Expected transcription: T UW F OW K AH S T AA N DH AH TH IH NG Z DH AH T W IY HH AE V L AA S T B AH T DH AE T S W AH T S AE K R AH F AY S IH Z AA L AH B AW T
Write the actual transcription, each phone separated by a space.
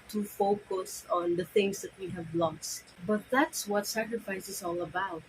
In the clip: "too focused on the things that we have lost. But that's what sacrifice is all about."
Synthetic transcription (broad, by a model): T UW F OW K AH S AA N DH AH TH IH NG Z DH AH T W IY HH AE V L AA S T B AH T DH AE T S W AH T S AE K R AH F AY S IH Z AA L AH B AW T